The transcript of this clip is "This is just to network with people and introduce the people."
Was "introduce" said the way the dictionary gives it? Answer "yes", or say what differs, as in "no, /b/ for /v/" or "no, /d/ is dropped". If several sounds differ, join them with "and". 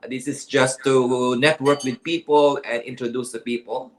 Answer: yes